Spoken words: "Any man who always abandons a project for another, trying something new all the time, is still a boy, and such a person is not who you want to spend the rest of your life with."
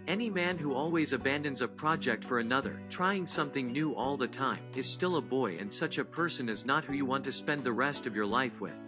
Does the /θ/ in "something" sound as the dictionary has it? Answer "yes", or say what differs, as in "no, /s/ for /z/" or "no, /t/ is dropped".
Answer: yes